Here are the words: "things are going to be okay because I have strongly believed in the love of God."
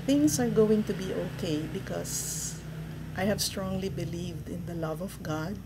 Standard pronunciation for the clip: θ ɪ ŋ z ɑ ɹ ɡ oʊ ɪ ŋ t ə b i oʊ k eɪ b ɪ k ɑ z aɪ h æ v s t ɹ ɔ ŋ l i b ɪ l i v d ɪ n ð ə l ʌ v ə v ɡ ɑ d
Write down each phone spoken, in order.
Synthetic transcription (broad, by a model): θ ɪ ŋ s ɑ ɹ ɡ oʊ ɪ ŋ t ə b i oʊ k eɪ b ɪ k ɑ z aɪ h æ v s t ɹ ɔ ŋ l i b ɪ l i v d ɪ n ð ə l ʌ v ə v ɡ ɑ d